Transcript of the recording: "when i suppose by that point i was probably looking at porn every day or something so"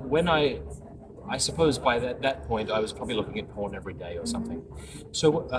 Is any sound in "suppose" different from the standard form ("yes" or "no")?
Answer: no